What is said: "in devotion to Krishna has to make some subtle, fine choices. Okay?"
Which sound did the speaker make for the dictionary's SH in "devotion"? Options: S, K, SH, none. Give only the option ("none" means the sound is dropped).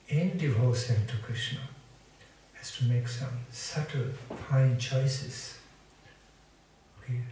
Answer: S